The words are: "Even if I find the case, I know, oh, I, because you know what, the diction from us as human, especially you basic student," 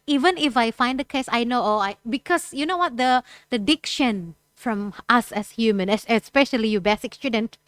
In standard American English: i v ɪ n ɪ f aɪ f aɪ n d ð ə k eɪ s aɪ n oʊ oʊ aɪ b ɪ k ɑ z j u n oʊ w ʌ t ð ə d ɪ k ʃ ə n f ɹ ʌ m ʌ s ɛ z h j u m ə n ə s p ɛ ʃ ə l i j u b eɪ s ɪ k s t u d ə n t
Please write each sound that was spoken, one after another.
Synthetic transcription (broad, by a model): i v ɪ n ɪ f aɪ f aɪ n d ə k eɪ s aɪ n oʊ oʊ aɪ b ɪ k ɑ s j u n oʊ w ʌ t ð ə d ɪ k ʃ ə n f ɹ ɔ m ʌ s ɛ s h j u m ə n ə s p ɛ ʃ ə l i j u b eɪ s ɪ k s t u d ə n t